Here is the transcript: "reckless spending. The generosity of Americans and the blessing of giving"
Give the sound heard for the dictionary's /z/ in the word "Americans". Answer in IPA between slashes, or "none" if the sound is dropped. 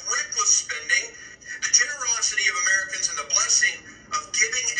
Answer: /z/